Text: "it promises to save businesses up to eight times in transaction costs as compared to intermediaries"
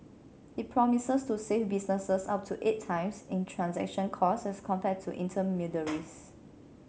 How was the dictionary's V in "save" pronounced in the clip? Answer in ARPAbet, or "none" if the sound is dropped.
F